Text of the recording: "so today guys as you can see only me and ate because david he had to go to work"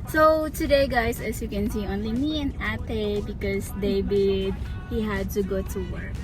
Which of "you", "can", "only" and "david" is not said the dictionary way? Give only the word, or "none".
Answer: david